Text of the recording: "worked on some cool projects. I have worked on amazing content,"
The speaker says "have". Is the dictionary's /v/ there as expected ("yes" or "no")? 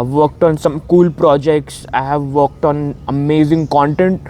yes